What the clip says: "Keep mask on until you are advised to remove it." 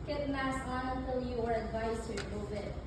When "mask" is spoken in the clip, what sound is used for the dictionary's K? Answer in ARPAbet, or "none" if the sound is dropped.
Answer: none